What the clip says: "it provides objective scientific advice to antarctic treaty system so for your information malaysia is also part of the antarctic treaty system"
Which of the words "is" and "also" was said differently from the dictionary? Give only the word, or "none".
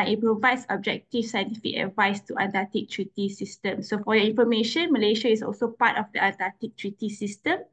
is